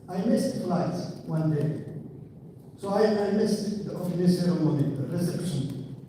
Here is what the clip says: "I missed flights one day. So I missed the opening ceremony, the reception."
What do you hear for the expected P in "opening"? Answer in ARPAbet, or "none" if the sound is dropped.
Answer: F